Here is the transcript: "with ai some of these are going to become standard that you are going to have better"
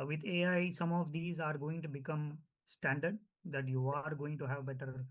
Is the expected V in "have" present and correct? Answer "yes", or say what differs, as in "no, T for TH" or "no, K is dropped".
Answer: yes